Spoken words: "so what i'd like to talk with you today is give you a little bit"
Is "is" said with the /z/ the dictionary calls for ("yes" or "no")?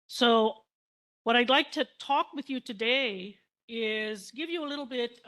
yes